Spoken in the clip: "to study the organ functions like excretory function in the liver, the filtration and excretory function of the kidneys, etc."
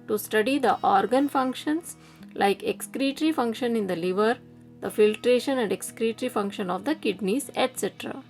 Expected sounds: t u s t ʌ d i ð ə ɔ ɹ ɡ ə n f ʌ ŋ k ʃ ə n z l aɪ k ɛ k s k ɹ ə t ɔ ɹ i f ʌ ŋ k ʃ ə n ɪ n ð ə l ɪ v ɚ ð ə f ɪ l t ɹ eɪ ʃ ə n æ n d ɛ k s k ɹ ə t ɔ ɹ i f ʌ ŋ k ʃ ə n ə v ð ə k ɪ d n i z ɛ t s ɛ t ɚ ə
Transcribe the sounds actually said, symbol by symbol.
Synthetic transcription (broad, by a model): t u s t ʌ d i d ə ɔ ɹ ɡ ə n f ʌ ŋ k ʃ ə n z l aɪ k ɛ k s k ɹ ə t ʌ ɹ i f ʌ ŋ k ʃ ə n ɪ n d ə l ɪ v ɚ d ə f ɪ l t ɹ eɪ ʃ ə n æ n d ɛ k s k ɹ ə t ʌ ɹ i f ʌ ŋ k ʃ ə n ə v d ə k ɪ d n i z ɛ t s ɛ t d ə